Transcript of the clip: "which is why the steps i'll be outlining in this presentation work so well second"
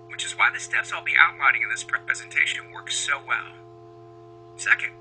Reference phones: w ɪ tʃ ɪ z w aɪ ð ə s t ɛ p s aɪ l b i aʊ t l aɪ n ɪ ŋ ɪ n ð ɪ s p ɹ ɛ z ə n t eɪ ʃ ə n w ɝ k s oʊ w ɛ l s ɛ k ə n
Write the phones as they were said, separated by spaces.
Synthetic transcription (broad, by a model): w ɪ tʃ ɪ z w aɪ ð ə s t ɛ p s l b i aʊ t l aɪ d ɪ ŋ ɪ n ð ɪ s p ɹ ɛ z ə n t eɪ ʃ ə n w ɝ k s oʊ w ɛ l s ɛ k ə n